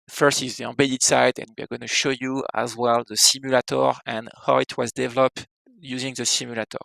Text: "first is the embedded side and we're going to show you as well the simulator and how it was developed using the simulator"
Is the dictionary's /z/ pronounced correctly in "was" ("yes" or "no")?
yes